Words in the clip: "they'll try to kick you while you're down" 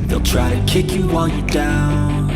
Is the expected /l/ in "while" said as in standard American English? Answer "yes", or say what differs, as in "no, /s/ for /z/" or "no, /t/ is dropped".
no, /n/ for /l/